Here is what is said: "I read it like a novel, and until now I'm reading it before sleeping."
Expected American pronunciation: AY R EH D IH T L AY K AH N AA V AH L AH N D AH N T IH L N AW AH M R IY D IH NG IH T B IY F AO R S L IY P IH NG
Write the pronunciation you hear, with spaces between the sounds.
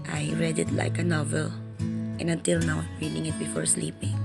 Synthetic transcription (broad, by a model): AY R EH D IH T L AY K AH N AA V AH L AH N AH N T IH L N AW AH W R IY D IH NG IH T B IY F AO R S L IY P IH NG